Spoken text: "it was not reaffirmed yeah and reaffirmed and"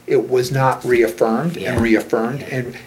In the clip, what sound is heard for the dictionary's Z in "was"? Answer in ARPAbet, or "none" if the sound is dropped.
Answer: Z